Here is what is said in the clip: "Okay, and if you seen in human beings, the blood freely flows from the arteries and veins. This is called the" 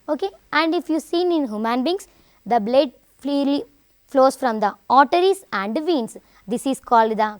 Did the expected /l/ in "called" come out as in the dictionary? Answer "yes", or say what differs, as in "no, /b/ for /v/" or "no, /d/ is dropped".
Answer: yes